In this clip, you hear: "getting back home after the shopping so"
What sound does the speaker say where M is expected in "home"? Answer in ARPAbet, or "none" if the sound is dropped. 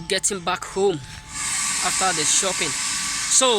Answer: M